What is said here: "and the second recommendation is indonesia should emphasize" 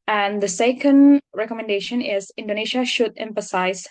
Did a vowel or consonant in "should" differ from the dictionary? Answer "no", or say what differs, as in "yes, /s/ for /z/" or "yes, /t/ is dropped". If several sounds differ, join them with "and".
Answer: no